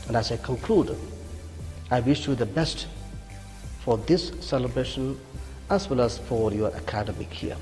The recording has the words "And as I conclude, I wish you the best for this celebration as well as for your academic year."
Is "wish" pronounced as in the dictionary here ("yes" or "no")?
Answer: yes